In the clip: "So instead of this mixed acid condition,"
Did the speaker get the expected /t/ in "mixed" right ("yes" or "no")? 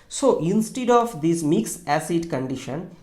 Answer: no